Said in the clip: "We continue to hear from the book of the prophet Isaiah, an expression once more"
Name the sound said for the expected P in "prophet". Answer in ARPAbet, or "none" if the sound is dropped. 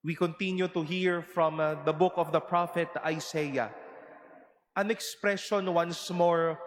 P